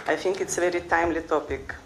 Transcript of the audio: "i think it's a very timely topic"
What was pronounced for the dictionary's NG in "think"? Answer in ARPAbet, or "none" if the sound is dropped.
NG